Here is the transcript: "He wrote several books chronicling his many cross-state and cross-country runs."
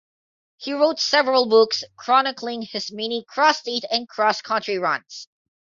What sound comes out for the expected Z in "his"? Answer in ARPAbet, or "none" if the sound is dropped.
S